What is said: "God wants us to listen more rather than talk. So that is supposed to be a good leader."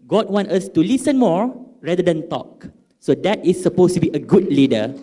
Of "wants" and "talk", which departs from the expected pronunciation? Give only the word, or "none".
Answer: wants